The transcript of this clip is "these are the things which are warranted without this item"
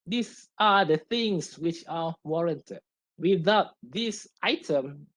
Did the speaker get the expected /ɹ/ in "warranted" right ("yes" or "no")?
yes